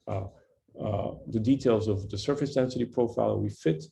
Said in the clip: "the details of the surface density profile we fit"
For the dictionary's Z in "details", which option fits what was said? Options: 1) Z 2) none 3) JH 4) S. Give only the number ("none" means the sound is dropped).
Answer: 1